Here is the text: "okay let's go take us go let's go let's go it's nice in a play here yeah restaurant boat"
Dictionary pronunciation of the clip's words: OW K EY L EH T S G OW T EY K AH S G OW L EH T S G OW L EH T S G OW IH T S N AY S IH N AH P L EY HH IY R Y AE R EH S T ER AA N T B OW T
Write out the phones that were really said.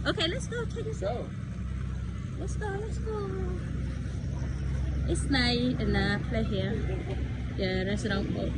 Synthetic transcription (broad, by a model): OW K EY L EH T S G OW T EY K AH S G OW L EH T S G OW L EH T S G OW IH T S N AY IH N AH P L EY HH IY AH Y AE R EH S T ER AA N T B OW